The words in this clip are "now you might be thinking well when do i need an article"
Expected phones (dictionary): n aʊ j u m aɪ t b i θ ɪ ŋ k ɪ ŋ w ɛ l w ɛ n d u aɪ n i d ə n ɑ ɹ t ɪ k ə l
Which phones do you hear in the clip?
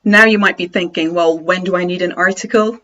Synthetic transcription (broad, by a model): n aʊ j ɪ m aɪ t b i θ ɪ ŋ k ɪ ŋ w ɛ l w ɛ n d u aɪ n i d ə n ɑ ɹ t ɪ k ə l